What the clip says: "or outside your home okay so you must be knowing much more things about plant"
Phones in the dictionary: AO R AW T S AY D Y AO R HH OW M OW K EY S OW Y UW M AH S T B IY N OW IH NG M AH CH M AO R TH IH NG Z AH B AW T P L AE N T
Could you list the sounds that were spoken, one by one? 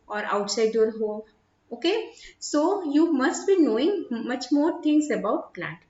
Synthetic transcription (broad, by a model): AO R AW T S AY D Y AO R HH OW OW K EY S OW Y UW M AH S T B IY N OW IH NG M AH CH M AO R T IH NG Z AH B AW T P L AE N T